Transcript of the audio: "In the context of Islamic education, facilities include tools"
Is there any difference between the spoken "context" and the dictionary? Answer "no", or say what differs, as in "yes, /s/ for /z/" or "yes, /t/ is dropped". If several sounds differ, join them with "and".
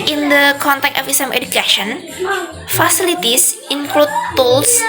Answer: yes, /s/ is dropped